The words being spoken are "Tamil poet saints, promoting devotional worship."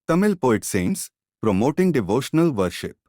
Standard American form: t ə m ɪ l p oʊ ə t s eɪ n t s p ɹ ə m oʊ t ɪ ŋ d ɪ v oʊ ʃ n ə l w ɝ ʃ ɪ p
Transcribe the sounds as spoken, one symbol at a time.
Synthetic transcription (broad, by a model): t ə m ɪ l p oʊ ə t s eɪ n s p ɹ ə m oʊ t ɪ ŋ d ɪ v oʊ ʃ n ə l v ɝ ʃ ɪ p